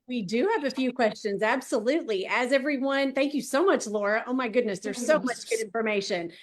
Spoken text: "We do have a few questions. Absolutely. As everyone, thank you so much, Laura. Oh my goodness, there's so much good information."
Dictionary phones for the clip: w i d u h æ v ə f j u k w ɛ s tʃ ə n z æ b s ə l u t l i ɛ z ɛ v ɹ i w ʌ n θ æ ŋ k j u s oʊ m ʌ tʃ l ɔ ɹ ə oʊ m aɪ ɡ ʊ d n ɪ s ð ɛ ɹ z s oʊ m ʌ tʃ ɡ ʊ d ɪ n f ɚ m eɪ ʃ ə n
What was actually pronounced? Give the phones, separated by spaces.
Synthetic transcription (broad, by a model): w i d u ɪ v ə f j u k w ɛ s tʃ ə n z æ b s ə l u t l i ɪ z ɛ v ɹ i w ʌ n θ æ ŋ k j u s oʊ m ʌ tʃ l ɔ ɹ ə oʊ m aɪ ɡ ʊ d n ɪ s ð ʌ ɹ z s oʊ m ʌ tʃ ɡ ʊ d ɪ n f ɚ m eɪ ʃ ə n